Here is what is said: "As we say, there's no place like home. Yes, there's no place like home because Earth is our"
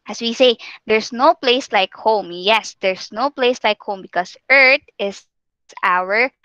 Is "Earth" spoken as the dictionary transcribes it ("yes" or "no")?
no